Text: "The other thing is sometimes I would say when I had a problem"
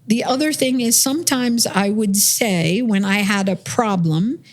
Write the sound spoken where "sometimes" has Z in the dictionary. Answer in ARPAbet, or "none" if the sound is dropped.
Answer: Z